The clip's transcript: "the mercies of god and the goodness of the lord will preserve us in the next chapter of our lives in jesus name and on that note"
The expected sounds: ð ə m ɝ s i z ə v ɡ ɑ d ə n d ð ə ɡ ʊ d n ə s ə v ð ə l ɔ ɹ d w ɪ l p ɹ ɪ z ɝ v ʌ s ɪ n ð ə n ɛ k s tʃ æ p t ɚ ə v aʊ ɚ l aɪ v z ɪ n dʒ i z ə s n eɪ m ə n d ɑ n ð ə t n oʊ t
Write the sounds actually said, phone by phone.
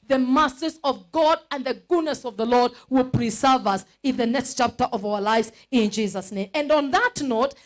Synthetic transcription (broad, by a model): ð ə m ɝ s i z ə v ɡ ɑ d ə n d ð ə ɡ ʊ d n ə s ə v ð ə l ɔ ɹ d w ɪ l p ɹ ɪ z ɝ v ʌ s ɪ n ð ə n ɛ k s tʃ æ p t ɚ ə v aʊ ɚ l aɪ v z ɪ n dʒ i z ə s n eɪ m ə n d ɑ n ð ə t n oʊ t